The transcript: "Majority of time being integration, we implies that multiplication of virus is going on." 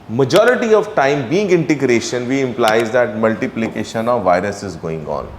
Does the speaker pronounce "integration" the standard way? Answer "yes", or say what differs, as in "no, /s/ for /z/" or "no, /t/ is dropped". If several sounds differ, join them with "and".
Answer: yes